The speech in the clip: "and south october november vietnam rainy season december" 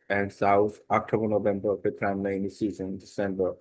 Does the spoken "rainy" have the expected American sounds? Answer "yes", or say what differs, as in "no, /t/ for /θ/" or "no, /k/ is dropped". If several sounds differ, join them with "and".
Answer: no, /l/ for /ɹ/